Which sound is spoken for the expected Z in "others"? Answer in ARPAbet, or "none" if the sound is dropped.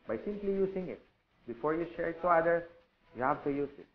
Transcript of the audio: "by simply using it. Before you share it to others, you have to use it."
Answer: none